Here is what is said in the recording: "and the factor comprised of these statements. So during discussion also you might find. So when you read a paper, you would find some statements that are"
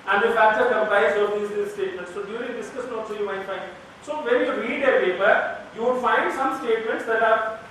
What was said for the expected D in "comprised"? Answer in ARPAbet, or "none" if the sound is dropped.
none